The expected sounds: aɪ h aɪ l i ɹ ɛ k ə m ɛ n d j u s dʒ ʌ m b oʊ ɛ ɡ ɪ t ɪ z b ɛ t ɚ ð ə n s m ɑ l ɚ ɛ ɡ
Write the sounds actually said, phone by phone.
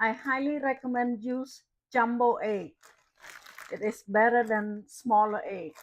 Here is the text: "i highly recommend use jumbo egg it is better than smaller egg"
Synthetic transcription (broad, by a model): aɪ h aɪ l i ɹ ɛ k ə m ɛ n d j u s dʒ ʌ m b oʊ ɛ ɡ ɪ t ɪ s b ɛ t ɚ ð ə n s m ɑ l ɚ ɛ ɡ